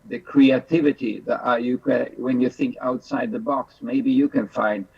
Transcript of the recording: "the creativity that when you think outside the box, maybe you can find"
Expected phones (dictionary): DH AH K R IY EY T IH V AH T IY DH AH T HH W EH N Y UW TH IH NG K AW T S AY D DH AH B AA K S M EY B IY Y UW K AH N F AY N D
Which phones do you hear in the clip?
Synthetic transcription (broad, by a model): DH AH K R IY EY T IH V AH T IY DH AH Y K W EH N Y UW TH IH NG K AW T S AY D DH AH B AA K S M EY B IY Y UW K AH N F AY N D